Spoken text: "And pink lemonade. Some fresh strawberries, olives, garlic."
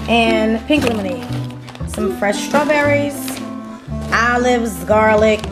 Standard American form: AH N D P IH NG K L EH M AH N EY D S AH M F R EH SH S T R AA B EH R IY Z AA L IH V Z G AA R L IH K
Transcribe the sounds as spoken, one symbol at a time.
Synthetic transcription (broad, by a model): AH N P IH NG K L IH M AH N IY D S AH M F R EH SH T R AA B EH R IY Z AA L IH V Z G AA R L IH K